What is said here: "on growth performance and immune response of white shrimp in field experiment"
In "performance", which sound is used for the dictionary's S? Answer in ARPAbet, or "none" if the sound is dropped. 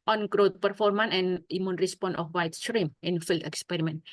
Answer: none